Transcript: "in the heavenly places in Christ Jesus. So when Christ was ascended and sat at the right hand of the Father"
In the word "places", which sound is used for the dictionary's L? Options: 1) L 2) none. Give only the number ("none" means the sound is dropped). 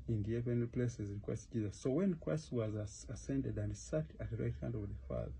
1